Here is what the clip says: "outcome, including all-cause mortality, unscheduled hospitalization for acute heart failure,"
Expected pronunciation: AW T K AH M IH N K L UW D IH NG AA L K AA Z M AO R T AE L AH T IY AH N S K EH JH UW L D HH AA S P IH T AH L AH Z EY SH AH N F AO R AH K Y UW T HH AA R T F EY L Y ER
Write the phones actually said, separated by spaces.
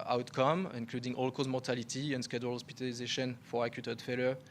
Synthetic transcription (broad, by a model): AW T K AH M IH N K L UW D IH NG AA L K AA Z M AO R T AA L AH T IY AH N S K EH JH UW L HH AA S P IH T AH L AH Z EY SH AH N F AO R AH K Y UW T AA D F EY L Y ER